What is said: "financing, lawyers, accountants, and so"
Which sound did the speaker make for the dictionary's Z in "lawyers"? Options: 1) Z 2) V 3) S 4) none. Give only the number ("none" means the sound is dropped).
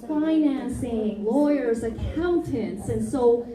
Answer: 1